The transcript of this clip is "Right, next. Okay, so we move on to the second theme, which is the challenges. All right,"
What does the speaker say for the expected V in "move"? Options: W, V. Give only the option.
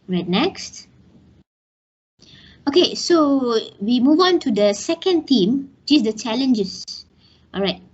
V